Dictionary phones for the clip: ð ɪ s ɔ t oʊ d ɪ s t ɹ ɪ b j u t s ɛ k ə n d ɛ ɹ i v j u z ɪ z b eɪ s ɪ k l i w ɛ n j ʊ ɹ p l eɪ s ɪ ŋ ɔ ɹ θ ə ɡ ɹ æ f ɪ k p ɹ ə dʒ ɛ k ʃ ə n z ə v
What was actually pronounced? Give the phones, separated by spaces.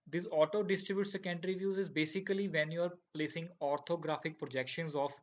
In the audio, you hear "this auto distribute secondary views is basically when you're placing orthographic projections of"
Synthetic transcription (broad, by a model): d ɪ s ɔ t oʊ d ɪ s t ɹ ɪ b j u t s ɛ k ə n d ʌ ɹ i v j u z ɪ z b eɪ s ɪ k l i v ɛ n j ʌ ɹ p l eɪ s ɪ ŋ ɔ ɹ t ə ɡ ɹ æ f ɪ k p ɹ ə dʒ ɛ k ʃ ə n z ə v